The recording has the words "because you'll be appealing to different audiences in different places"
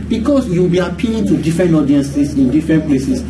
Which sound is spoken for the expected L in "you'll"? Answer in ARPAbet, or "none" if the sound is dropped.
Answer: W